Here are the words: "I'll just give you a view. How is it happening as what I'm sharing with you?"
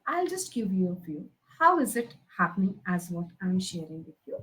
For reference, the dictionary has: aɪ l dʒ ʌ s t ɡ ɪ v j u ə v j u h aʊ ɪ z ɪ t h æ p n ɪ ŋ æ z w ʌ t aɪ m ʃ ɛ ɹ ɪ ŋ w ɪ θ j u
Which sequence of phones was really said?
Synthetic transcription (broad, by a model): aɪ l dʒ ʌ s t ɡ ɪ v j u ə f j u h aʊ ɪ z ɪ t h æ p n ɪ ŋ æ z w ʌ t aɪ m ʃ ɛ ɹ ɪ ŋ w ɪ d j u